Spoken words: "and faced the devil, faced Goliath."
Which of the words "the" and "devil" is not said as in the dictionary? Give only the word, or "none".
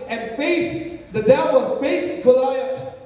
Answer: devil